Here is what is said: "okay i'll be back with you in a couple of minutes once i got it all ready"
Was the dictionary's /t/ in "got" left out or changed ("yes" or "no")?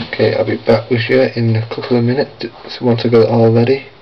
yes